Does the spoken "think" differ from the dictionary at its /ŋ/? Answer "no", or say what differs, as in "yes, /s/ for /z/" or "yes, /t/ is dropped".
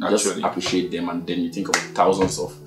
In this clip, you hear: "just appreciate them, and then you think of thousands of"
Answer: no